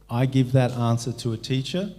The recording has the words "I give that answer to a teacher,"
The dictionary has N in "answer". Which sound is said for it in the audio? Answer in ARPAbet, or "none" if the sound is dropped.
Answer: N